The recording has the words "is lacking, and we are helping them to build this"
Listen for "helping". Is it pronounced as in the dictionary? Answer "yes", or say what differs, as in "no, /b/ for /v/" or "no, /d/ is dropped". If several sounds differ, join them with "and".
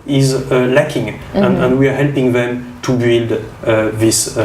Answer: yes